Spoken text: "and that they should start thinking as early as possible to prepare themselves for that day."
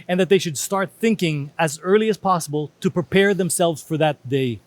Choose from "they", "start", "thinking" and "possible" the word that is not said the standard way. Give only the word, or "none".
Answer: none